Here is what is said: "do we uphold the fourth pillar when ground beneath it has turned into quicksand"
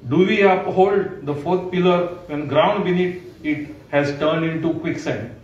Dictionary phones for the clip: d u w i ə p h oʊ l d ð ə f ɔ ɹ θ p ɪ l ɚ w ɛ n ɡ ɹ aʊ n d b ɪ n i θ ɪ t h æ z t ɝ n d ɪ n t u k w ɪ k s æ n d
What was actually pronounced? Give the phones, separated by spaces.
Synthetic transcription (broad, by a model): d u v i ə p h oʊ l d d ə f ɔ ɹ t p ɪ l ɚ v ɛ n ɡ ɹ aʊ n d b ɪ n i t ɪ t h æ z t ɝ n d ɪ n t u k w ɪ k s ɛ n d